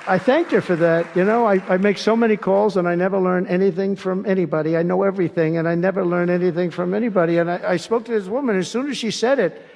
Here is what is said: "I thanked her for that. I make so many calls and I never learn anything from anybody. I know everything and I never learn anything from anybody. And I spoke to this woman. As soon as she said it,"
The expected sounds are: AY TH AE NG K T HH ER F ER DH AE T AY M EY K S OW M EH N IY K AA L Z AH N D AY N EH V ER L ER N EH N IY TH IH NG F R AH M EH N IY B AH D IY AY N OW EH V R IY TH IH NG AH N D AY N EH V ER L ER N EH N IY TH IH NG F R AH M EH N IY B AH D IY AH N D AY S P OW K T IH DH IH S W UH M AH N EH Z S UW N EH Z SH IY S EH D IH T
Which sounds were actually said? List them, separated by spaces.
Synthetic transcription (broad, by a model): AY TH AE NG K T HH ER F ER DH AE T AY M EY K S OW M EH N IY K AA L Z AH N AY N EH V ER L ER N EH N IY TH IH NG F R AH M EH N IY B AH D IY AY N OW EH V R IY TH IH NG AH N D AY N EH V ER L ER N EH N IY TH IH NG F R AH M EH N IY B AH D IY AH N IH AY S P OW K T IH DH IH S W UH M AH N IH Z S UW N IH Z SH IY S EH D IH T